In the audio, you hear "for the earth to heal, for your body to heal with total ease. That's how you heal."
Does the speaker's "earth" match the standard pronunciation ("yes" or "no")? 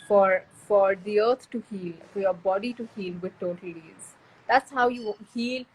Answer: no